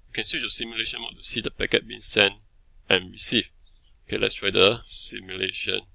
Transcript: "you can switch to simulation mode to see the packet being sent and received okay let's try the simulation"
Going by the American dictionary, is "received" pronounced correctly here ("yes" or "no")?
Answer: no